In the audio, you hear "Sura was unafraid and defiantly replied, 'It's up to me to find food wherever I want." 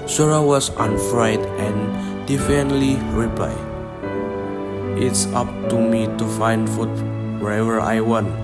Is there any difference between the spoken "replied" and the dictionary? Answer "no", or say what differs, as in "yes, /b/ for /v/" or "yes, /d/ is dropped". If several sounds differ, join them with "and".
yes, /l/ is dropped and /d/ is dropped